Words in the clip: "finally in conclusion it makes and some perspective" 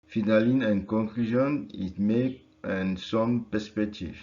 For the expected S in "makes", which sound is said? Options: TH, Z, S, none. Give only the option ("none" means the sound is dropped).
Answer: none